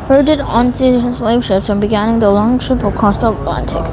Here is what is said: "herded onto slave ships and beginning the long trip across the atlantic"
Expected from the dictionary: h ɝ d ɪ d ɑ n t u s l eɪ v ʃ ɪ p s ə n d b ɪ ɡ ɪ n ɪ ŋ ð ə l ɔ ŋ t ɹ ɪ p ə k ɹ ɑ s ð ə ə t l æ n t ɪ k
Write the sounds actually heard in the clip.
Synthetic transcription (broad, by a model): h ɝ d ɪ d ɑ n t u s l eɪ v ʃ ɪ p s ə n b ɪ ɡ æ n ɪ ŋ ð ə l ɔ ŋ t ɹ ɪ p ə k ɑ s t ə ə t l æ n t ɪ k